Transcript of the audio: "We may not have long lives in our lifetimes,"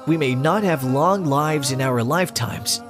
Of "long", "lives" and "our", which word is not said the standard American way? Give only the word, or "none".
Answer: none